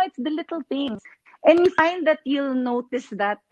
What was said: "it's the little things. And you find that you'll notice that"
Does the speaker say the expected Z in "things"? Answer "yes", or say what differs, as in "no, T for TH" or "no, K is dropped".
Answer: no, Z is dropped